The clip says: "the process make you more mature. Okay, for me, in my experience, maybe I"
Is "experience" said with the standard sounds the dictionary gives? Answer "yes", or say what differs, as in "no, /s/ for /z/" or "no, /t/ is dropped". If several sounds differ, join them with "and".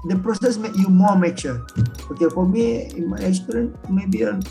no, /k/ is dropped